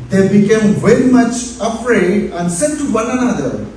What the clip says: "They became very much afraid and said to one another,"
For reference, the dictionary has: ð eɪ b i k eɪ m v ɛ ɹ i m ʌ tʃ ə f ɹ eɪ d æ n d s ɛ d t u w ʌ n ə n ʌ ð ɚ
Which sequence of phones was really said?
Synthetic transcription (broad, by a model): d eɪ b i k eɪ m v ɛ ɹ i m ʌ tʃ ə p ɹ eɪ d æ n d s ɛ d t u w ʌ n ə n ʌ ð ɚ